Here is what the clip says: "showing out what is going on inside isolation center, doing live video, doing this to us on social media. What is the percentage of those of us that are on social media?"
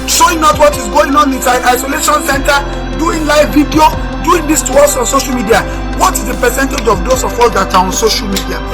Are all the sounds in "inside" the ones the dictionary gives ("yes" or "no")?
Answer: no